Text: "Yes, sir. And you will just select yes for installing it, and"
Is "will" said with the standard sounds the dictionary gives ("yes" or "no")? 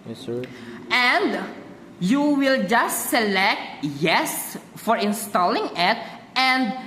yes